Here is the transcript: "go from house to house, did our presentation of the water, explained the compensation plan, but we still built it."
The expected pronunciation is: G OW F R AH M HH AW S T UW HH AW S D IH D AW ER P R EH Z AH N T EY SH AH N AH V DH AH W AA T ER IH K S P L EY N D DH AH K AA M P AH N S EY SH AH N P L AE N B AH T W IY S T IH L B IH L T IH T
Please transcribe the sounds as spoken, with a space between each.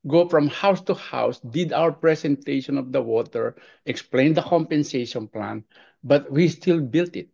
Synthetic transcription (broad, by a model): G OW F R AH M HH AW S T UW HH AW S D IH D AW ER P R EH S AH N T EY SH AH N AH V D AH W AA T ER IH K S P L EY N D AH K AA M P AH N S EY SH AH N P L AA N B AH T W IY S T IH L B IH L T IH T